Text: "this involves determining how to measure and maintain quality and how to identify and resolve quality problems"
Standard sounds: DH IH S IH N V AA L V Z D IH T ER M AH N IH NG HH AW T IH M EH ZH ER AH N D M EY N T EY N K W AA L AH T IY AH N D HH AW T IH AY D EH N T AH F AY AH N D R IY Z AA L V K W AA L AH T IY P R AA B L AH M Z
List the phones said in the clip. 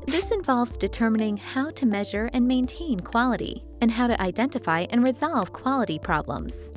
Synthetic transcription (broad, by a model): DH IH S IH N V AA L V Z D IH T ER M AH N IH NG HH AW T IH M EH ZH ER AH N M EY N T EY N K W AA L AH T IY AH N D HH AW T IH AY D EH N T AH F AY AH N R IY Z AA L V K W AA L AH T IY P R AA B L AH M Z